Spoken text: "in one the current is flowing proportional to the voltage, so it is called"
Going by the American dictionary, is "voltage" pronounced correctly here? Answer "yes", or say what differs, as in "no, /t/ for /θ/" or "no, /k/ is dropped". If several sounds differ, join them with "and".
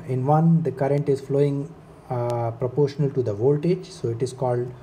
yes